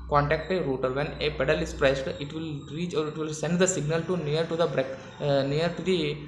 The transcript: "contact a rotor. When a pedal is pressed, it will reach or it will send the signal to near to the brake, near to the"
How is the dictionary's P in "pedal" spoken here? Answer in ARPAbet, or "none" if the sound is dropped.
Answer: P